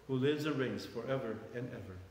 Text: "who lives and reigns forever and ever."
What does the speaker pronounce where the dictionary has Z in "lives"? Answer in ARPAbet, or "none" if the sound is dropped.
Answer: Z